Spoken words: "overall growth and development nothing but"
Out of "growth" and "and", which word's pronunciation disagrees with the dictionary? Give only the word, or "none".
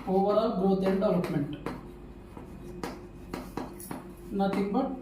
growth